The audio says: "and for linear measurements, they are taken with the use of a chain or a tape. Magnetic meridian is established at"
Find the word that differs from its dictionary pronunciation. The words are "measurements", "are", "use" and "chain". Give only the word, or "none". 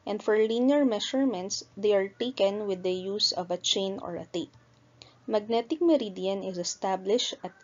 measurements